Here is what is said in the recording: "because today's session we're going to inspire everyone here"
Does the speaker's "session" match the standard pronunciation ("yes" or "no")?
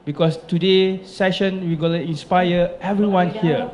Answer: yes